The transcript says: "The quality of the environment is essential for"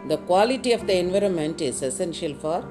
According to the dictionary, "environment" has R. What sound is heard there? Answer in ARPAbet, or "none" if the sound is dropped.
R